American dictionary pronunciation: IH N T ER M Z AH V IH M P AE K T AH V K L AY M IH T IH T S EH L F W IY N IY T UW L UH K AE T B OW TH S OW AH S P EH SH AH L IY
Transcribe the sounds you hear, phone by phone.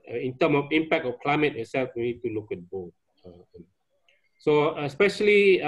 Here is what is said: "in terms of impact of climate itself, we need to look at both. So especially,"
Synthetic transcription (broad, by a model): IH N T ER M AH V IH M P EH K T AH F K L AY M IH T IH T S EH L F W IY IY T UW L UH K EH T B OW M S OW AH S P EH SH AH L IY